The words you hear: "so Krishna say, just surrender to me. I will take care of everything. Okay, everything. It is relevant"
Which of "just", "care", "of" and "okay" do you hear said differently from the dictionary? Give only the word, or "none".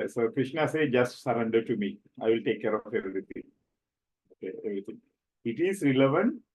of